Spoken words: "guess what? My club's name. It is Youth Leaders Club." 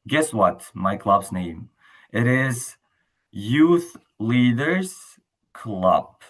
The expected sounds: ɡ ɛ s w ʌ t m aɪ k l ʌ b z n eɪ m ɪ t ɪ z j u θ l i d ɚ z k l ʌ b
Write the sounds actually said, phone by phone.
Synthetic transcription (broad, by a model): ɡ ɛ s w ʌ t m aɪ k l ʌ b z n eɪ m ɪ t ɪ z j u θ l i d ɚ z k l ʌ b